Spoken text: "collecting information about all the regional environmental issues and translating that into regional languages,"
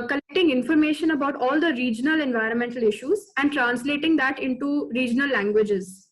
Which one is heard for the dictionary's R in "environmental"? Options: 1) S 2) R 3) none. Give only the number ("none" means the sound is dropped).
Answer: 2